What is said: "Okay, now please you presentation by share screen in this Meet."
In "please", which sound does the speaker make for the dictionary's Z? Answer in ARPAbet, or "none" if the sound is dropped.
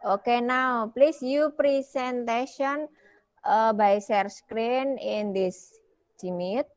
S